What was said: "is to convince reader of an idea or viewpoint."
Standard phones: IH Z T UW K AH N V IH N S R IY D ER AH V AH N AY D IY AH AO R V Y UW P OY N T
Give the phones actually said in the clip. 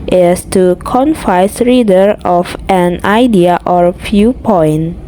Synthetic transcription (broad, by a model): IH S T UW K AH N F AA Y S R IY D ER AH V AH N AY D IY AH AO R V Y UW P OY N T